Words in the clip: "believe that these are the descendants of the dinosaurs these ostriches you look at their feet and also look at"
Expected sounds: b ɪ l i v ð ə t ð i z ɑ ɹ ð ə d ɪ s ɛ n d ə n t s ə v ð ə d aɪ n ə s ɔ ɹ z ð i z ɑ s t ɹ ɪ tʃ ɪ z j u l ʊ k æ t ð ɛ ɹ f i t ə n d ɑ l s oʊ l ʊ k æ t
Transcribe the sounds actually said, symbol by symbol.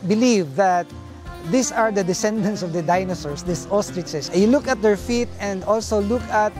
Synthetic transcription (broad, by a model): b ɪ l i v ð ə t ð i s ɑ ɹ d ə d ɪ s ɛ n d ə n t s ə v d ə d aɪ n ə s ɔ ɹ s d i s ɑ s t ɹ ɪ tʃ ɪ s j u l ʊ k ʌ t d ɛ ɹ f i t ə n d ɑ l s oʊ l ʊ k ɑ t